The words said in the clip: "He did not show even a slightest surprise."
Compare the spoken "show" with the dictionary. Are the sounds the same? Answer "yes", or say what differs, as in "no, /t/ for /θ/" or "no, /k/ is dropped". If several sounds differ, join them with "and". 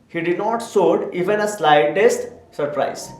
no, /s/ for /ʃ/